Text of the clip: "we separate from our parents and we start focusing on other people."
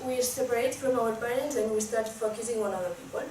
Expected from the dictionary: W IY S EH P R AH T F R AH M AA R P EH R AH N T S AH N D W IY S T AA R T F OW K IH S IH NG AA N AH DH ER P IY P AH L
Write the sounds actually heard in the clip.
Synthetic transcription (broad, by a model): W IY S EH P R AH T P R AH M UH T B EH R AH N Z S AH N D W IY S T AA R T F OW K IH S IH NG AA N AH DH ER P IY P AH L